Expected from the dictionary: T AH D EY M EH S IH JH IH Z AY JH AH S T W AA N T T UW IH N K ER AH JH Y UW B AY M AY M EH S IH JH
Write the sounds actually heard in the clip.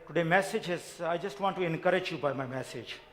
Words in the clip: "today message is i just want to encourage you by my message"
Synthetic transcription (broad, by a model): T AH D EY M EH S IH JH IH Z AY JH AH S T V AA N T T UW IH N K ER AH JH Y UW B AY M AY M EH S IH JH